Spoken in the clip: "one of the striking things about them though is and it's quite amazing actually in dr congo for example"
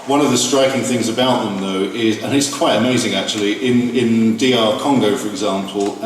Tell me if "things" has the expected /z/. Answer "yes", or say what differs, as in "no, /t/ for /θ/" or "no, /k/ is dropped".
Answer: yes